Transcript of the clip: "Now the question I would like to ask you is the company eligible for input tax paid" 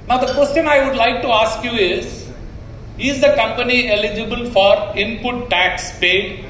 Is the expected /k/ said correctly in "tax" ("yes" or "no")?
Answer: yes